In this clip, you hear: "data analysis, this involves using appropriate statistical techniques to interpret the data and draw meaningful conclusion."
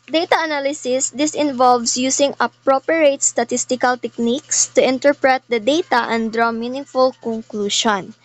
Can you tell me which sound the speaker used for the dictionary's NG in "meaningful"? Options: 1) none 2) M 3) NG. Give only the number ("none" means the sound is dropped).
1